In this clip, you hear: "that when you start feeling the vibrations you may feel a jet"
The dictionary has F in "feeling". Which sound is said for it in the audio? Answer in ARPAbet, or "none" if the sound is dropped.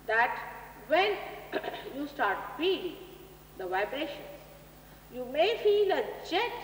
P